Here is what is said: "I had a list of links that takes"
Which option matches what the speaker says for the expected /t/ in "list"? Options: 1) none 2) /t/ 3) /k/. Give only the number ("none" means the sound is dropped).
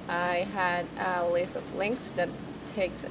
1